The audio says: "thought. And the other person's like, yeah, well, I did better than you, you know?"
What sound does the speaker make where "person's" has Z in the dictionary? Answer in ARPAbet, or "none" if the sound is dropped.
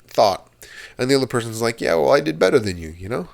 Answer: Z